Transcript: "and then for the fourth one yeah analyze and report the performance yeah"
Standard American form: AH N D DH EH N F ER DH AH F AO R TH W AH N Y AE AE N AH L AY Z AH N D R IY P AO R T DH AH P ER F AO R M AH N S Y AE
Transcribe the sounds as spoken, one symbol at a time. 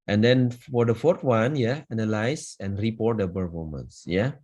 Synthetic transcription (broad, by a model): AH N D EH N F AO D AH F AO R T W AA N Y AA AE N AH L AY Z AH N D R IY P AO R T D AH B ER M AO M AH N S Y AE